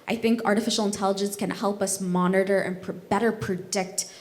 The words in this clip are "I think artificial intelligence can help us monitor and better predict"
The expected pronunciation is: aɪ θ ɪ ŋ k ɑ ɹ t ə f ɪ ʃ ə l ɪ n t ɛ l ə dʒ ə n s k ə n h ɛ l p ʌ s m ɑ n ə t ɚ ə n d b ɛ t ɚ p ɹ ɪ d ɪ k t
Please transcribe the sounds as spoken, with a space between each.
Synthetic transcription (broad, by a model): aɪ θ ɪ ŋ k ɑ ɹ t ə f ɪ ʃ l ɪ n t ɛ l ə dʒ ə n s k ə n h ɛ l p ʌ s m ɑ n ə t ɚ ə n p b ɛ t ɚ p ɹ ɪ d ɪ k t